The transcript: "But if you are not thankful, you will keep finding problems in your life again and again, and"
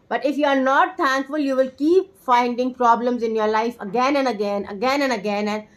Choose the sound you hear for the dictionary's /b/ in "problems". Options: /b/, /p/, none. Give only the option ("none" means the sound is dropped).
/b/